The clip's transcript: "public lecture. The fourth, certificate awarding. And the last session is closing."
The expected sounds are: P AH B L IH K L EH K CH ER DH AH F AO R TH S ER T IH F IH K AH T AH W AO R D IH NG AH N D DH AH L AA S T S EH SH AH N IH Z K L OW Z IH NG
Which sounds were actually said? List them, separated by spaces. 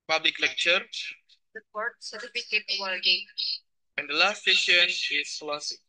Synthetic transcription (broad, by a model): P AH B L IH K L EH K CH ER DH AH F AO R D S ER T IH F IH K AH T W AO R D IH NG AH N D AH L AA S T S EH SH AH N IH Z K L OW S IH